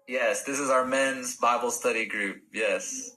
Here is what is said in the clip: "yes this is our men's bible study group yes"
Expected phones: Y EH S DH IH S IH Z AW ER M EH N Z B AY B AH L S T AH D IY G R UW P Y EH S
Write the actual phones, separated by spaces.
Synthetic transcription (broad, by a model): Y EH S DH IH S IH Z AW ER M EH N Z B AY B L S T AH D IY G R UW P Y EH S